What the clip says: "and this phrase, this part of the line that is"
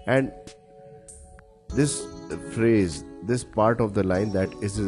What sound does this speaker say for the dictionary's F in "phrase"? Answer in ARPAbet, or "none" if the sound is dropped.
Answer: F